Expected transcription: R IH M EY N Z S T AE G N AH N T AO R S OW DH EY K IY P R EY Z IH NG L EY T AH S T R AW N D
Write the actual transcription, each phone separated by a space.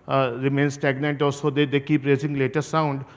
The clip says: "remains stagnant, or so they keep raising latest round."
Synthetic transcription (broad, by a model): R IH M EY N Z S T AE G N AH N T AO L S OW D EY K IY P R EY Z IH NG L EY T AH T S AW N D